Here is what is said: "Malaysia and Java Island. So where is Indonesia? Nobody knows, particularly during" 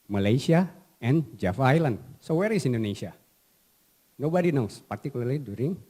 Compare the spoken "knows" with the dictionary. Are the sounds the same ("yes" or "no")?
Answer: no